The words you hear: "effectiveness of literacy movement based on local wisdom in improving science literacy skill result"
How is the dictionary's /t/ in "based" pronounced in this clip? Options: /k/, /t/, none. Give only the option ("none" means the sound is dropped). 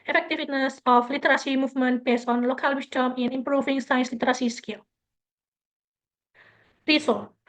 none